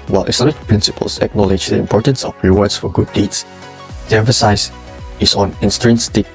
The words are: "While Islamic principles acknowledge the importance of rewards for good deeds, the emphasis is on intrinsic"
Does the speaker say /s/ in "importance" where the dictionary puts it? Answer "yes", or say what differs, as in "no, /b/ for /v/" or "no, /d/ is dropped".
yes